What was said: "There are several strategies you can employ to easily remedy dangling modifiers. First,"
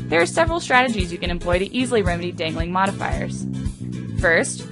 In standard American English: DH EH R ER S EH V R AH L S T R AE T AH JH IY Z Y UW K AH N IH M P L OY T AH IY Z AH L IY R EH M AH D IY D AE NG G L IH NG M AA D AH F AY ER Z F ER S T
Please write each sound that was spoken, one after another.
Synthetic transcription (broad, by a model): DH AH R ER S EH V R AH L S T R AE T AH JH IY Z Y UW K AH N IH M P L OY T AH IY Z L IY R EH M AH D IY D AE NG G L IH NG M AA D AH F AY ER Z F ER S T